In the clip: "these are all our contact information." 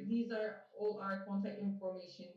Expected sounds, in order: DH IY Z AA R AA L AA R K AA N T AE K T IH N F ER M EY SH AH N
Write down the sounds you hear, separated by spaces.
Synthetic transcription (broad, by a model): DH IY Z AA R AA L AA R K AA N T AE K T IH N F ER M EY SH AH N